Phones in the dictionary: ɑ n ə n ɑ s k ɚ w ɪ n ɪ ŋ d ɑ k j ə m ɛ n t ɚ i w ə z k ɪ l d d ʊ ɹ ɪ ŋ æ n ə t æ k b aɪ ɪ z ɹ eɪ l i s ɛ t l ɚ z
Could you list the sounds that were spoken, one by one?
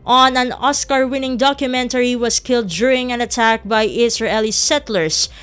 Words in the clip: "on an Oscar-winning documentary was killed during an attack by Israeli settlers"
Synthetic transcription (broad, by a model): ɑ n ə n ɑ s k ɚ w ɪ n ɪ ŋ d ɑ k j ə m ɛ n t ɚ i w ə s k ɪ l d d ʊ ɹ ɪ ŋ æ n ə t æ k b aɪ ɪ s ɹ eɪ l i s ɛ t l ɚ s